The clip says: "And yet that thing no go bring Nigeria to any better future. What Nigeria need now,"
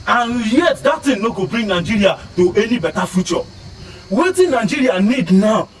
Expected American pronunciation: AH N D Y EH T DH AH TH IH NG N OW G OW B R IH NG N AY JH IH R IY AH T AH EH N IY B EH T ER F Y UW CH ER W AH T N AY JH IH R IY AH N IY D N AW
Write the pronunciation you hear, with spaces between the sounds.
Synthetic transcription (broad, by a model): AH N Y EH T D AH T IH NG N OW G OW B R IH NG N AY JH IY R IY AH T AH EH N IY B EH T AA F Y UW CH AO W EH T N AY JH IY R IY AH N IY D N AW